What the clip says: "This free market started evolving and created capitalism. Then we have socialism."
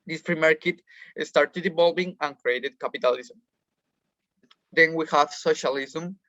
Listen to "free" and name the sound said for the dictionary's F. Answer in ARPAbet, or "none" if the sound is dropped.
P